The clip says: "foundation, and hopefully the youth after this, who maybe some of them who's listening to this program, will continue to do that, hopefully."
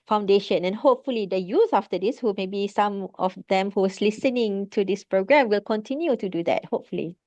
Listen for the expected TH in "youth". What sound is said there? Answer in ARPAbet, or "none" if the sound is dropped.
S